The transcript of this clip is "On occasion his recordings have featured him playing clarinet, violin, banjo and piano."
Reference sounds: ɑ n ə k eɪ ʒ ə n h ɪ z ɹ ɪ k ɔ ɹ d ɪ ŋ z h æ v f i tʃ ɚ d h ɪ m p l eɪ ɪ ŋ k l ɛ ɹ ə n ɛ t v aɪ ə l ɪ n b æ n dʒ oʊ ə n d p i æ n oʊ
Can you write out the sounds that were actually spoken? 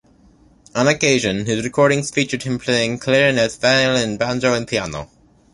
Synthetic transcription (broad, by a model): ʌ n ə k eɪ ʒ ə n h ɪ z ɹ ɪ k ɔ ɹ d ɪ ŋ z f i tʃ ɚ d h ɪ m p l eɪ ɪ ŋ k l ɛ ɹ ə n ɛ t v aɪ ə l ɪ n b æ n dʒ oʊ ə n p i æ n oʊ